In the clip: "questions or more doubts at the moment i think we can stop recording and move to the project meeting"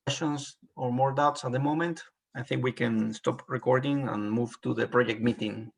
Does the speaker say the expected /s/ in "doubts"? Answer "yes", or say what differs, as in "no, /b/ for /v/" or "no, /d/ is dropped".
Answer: yes